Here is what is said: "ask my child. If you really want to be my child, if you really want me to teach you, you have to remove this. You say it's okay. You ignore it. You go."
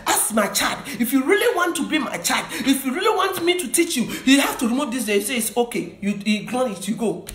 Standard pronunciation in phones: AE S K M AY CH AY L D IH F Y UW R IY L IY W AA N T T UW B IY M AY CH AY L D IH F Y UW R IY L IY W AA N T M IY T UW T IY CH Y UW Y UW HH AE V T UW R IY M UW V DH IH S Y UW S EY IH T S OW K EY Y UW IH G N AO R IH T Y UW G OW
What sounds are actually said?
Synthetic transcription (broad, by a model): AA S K M AY CH AY L D IH F Y UW R IY L IY W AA N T T UW B IY M AY CH AY L D IH F Y UW R IY L IY W AA N T M IY T UW T IY CH Y UW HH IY HH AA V T UW R IY M UW V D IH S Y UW S EY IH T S OW K EY Y UW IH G L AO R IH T Y UW G OW